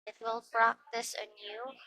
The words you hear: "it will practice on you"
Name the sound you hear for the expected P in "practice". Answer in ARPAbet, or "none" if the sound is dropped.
B